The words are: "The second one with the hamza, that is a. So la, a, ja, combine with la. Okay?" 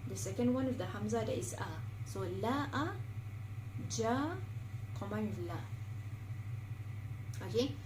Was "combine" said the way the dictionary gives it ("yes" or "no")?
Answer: no